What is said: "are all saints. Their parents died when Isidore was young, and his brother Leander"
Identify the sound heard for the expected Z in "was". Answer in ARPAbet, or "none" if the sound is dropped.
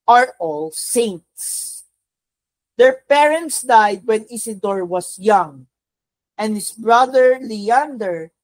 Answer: S